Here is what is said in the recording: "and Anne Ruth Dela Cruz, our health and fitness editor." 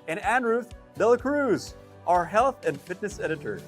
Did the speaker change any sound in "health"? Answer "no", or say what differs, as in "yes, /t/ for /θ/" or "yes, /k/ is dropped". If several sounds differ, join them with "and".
no